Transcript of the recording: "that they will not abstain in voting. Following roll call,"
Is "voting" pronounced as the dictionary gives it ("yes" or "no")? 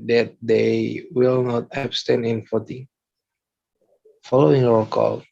no